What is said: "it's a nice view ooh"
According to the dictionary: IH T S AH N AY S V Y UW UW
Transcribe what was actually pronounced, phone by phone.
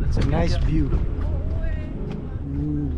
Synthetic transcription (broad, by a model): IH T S AH N AY S B Y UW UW